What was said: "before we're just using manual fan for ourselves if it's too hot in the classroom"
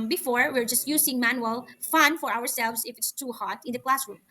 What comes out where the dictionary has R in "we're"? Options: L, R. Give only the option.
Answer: R